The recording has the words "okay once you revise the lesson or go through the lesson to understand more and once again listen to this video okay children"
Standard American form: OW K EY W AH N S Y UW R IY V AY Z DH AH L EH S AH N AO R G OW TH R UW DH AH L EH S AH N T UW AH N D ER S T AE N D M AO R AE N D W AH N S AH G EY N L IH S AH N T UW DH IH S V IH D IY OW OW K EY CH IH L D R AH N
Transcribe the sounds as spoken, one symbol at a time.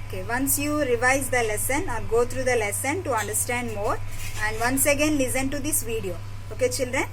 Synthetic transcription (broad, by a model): OW K EY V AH N S Y UW R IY V AY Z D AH L EH S AH N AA L G OW T R UW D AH L EH S AH N T UW AH N D ER S T AE N D M AO R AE N D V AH N S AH G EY N L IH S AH N T UW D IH S V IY D IY OW OW K EY CH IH L D R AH N